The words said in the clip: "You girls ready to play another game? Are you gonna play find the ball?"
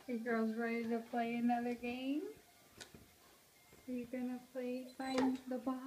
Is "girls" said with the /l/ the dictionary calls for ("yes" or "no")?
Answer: no